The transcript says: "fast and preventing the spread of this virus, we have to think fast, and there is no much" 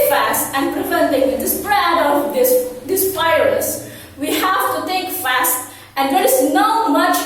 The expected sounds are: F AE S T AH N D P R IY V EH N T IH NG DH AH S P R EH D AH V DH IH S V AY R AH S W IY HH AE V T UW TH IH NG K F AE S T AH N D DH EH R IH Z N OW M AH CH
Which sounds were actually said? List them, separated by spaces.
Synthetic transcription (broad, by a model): F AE S T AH N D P R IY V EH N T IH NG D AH S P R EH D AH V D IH S P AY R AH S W IY HH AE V T UW T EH K F AE S T AH N D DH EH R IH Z N OW M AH CH